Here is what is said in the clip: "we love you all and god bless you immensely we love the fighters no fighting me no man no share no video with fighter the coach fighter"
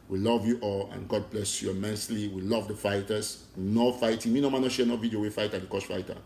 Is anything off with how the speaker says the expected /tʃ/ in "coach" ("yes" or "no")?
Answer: yes